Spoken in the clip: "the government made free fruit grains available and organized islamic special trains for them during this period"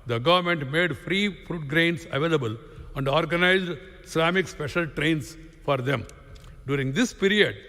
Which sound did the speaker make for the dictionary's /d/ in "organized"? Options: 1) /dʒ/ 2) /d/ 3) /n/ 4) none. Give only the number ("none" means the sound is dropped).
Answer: 2